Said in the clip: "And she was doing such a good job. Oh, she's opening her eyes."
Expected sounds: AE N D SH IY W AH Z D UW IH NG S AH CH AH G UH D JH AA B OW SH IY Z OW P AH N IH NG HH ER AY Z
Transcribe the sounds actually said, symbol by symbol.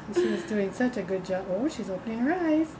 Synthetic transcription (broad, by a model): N SH IY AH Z D UW IH NG S AH CH AH G UH D JH AA B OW SH IY Z OW P AH N IH NG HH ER AY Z